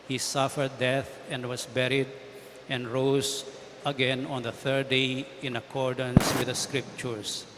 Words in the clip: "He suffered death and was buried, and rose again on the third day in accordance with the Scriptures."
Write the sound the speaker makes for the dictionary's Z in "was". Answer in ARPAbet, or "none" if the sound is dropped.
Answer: S